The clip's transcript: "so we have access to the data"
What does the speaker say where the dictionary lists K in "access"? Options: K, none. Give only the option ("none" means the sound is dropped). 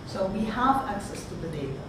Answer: K